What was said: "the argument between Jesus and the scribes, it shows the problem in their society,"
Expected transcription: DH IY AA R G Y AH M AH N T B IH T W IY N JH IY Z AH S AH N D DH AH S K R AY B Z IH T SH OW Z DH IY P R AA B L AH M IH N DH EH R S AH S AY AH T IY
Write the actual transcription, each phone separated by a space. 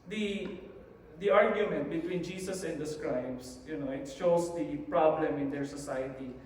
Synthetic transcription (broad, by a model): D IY AA R G Y AH M AH N T B IH T W IY N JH IY S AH S AH N D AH S K R AY B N IH T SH OW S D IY P R AA B L AH M IH N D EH R S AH S AY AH T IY